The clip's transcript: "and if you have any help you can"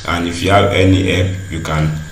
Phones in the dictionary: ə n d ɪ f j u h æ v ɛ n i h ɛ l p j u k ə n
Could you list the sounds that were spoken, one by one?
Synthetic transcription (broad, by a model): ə n ɪ f j u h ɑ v ɛ n i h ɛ p j u k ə n